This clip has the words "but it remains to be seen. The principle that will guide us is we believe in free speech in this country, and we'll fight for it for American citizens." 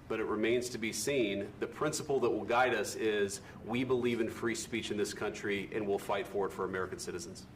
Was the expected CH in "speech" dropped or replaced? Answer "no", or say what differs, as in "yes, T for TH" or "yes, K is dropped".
no